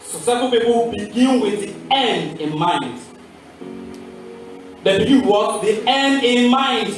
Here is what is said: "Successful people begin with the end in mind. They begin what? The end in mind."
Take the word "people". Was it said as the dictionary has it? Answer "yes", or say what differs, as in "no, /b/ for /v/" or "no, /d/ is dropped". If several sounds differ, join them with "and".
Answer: no, /w/ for /l/